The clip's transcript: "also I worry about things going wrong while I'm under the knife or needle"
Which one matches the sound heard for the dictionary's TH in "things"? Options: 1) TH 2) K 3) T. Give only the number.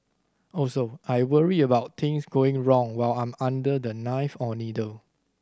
3